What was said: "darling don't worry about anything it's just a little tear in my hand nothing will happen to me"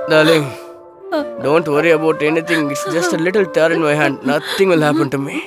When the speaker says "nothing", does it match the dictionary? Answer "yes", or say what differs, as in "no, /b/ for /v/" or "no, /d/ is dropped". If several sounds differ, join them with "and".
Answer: no, /t/ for /θ/